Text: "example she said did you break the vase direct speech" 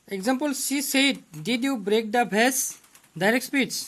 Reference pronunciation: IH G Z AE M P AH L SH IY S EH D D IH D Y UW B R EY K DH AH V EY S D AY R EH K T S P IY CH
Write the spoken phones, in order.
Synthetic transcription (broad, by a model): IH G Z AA M P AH L S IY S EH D D IH D Y UW B R EY K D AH B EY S D AY R EH K T S P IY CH